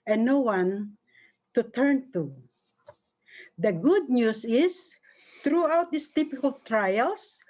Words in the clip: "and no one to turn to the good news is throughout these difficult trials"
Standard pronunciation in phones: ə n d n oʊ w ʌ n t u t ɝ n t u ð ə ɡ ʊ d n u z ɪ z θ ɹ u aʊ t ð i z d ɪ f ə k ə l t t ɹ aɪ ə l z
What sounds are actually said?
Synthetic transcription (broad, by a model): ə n n oʊ w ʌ n t u t ɝ n t u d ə ɡ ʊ d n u s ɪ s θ ɹ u aʊ t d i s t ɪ p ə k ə l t t ɹ aɪ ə l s